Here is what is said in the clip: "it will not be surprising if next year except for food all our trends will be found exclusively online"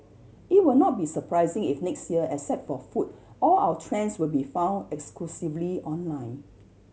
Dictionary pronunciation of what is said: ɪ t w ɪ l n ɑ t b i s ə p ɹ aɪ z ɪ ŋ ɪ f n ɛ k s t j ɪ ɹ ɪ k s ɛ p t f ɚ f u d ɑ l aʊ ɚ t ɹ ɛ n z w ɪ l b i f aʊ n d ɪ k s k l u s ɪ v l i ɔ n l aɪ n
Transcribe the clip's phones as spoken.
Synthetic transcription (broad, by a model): ɪ t w ɪ l n ɑ t b i s ə p ɹ aɪ z ɪ ŋ ɪ f n ɛ k s t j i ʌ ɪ s ɛ t f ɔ f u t ɑ l aʊ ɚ t ɹ ɛ n s w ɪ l b i f aʊ n d ɪ k s k l u s ɪ v l i ɔ n l aɪ n